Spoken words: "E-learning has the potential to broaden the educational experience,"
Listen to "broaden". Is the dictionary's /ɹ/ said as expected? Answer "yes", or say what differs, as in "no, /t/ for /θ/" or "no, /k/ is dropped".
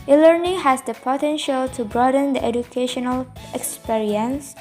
yes